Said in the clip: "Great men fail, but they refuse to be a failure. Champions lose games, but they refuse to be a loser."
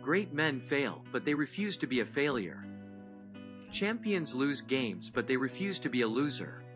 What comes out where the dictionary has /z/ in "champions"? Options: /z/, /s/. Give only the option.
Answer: /z/